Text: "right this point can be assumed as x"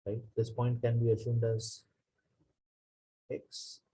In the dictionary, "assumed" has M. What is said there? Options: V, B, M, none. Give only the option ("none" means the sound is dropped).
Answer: M